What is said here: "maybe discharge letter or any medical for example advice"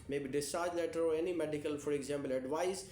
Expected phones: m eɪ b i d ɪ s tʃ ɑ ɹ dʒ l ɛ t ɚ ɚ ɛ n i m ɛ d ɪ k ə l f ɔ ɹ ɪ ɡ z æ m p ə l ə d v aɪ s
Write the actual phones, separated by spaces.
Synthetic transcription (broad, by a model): m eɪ b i d ɪ s tʃ ɑ ɹ dʒ l ɛ t ɚ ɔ ɛ n i m ɛ d ɪ k ə l f ɔ ɹ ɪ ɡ z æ m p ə l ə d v aɪ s